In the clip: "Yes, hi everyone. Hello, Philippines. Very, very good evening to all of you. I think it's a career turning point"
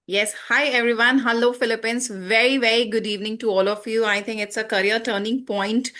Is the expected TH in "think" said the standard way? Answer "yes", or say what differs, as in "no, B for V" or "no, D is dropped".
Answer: no, T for TH